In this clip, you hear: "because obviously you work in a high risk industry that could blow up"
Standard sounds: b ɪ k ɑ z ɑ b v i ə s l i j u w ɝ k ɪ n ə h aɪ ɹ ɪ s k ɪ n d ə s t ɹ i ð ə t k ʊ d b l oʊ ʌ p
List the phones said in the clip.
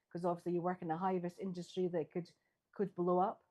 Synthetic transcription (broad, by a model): k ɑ z ɑ b v i ə s l i j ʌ w ɝ k ɪ n ə h aɪ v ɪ s ɪ n d ə s t ɹ i ð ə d k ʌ d b l oʊ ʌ p